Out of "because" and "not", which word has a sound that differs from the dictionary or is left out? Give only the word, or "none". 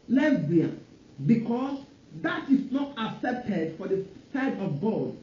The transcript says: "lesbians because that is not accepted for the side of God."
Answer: because